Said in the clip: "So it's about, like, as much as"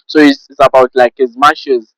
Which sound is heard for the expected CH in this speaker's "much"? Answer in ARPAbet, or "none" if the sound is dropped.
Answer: SH